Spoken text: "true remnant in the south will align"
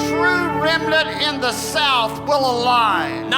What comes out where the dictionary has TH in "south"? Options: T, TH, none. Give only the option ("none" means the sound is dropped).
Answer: TH